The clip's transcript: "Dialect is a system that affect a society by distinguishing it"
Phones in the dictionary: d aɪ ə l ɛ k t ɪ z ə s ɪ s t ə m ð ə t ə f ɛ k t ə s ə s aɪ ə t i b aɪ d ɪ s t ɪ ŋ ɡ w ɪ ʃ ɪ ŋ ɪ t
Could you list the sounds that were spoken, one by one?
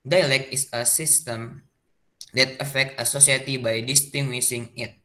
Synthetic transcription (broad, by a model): d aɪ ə l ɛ k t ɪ s ə s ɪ s t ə m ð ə t ə f ɛ k t ə s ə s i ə t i b aɪ d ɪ s t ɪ ŋ ɡ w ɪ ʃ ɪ ŋ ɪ t